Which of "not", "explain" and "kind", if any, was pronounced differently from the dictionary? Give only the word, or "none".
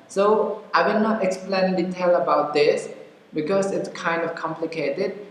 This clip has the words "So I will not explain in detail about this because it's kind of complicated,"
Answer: none